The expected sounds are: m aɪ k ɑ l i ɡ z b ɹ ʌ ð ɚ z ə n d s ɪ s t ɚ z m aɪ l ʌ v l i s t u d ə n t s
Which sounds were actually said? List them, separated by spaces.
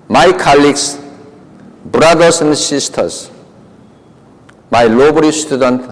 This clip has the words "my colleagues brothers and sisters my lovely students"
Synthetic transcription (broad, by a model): m aɪ k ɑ l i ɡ s b ɹ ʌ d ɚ s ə n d s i s t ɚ s m aɪ l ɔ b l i s t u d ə n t